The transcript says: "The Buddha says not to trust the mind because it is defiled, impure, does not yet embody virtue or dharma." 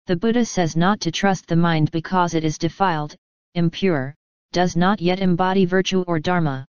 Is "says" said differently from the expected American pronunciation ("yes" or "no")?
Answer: no